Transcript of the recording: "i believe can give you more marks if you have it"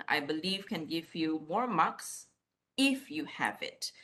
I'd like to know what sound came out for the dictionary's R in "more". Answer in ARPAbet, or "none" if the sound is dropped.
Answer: R